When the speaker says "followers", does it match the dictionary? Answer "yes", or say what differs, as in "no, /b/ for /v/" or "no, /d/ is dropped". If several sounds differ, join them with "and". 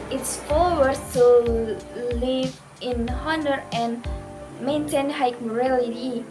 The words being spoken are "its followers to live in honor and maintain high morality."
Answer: no, /z/ is dropped